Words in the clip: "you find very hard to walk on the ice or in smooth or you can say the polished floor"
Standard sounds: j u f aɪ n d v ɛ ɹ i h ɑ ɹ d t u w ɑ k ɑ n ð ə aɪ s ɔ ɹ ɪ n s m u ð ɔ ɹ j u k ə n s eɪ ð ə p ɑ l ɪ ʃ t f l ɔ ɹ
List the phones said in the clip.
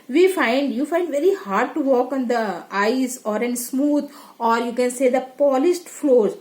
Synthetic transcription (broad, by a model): j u f aɪ n d v ɛ ɹ i h ɑ ɹ d t u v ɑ k ɑ n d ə aɪ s ɔ ɹ ɪ n s m u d ɔ ɹ j u k ə n s eɪ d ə p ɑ l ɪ s t f l ɔ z